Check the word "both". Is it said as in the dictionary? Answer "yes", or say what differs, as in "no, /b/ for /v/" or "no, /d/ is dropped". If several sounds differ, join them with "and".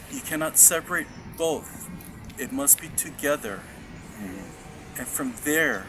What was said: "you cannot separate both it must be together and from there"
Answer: yes